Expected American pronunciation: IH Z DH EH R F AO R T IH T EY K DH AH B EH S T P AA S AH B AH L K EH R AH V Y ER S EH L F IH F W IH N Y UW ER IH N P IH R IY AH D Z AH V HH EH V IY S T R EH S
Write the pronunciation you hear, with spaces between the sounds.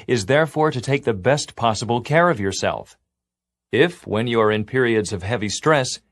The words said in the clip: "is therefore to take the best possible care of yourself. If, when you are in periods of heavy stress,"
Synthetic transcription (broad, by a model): IH Z DH EH R F AO R T IH T EY K DH AH B EH S T P AA S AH B L K EH R AH V Y ER S EH L F IH F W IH N Y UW ER IH N P IH R IY AH D Z AH V HH EH V IY S T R EH S